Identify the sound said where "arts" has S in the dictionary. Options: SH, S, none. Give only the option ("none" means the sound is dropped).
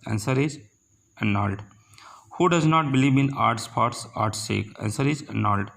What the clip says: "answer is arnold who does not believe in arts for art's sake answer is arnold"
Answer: S